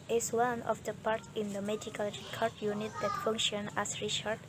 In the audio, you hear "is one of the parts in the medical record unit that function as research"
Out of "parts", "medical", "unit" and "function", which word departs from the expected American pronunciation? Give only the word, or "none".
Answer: parts